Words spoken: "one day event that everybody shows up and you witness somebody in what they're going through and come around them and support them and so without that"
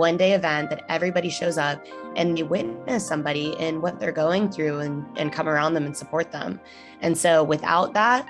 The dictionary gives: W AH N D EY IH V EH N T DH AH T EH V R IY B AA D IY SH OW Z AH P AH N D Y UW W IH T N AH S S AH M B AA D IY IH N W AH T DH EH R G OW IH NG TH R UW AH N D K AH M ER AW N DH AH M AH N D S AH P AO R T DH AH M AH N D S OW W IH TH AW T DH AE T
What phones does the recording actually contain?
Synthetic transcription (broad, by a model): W AH N D EY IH V EH N DH AH T EH V R IY B AA D IY SH OW Z AH P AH N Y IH W IH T N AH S S AH M B AA D IY IH N W AH T DH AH R G OW IH NG TH R UW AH N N K AH M ER AW N DH AH M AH N S AH P AO R T DH AH M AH N S OW W IH TH AW T DH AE T